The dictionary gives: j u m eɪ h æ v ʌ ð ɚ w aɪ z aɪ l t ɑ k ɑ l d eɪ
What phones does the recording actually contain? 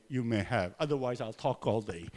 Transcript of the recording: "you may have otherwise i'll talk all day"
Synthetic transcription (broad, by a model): j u m eɪ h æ v ʌ ð ɚ w aɪ z aɪ l t ɑ k ɑ l d eɪ